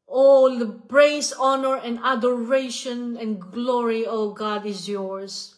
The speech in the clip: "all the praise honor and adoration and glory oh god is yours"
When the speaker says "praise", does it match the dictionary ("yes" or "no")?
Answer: no